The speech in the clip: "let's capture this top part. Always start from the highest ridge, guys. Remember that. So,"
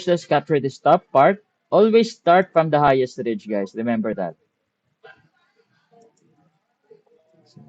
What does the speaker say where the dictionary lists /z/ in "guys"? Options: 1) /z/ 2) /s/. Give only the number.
2